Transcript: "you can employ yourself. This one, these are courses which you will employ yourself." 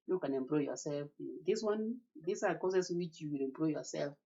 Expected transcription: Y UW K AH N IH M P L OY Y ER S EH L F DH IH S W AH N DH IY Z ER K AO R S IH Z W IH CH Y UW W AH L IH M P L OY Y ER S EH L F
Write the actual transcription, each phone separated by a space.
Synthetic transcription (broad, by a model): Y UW K AH N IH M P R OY Y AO S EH L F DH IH S W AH N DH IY S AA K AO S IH S W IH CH Y UW W AH L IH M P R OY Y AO S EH L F